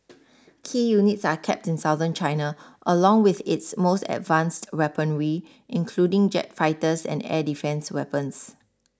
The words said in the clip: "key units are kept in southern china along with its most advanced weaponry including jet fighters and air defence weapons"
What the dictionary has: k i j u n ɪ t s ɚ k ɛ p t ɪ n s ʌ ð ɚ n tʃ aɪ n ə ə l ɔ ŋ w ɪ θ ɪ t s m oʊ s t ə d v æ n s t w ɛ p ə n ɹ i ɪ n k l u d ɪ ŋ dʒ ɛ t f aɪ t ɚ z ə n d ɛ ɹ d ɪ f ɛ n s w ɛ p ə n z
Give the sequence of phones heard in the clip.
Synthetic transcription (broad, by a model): k i j u n ɪ t s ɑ k ɛ p t ɪ n s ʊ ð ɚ n tʃ aɪ n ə ə l ɔ ŋ w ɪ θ ɪ t s m oʊ s t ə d v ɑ n s t w ɛ p ə n ɹ i ɪ n k l u d ɪ ŋ dʒ ɛ t f aɪ t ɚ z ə n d ɛ d ɪ f ɛ n s w ɛ p ə n s